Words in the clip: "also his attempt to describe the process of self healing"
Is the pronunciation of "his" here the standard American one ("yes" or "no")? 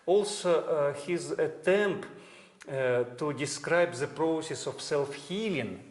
yes